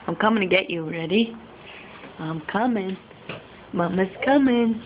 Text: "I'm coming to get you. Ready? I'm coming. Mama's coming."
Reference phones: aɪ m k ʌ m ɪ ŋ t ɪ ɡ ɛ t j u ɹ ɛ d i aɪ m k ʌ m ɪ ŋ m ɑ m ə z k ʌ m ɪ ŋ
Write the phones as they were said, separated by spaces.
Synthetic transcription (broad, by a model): aɪ m k ʌ m ɪ ŋ t ɪ ɡ ɛ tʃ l ɹ ɛ d i aɪ m k ʌ m ɪ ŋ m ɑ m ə s k ʌ m ɪ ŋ